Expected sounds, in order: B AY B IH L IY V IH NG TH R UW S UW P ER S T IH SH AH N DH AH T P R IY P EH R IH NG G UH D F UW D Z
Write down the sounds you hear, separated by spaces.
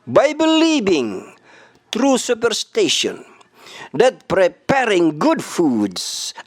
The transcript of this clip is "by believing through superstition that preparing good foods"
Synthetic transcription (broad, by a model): B AY B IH L IY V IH NG T R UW S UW P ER S T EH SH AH N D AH T P R IY P EH R IH NG G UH D F UW D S